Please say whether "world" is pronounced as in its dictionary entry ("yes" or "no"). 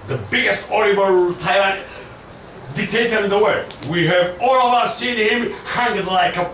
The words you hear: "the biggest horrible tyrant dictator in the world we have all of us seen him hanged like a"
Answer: no